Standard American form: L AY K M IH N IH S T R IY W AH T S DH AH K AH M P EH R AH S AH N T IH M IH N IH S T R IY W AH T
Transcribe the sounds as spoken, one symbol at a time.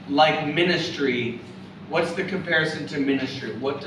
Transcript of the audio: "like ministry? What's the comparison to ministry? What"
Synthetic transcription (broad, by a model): L AY K M IH N IH S T R IY W AH T S DH AH K AH M P EH R AH S AH N T IH M IH N IH S T R IY W AH T